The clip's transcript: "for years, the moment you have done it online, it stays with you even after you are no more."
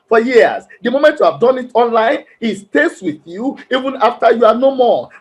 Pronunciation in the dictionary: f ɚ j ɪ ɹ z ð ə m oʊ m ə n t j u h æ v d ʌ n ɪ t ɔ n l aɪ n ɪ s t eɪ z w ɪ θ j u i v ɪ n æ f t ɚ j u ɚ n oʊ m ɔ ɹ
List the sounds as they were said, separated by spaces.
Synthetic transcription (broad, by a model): f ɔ j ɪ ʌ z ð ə m oʊ m ə n t j u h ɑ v d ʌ n ɪ t ɔ n l aɪ n ɪ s t eɪ s w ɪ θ j u i v ɪ n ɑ f t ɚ j u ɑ n oʊ m ɔ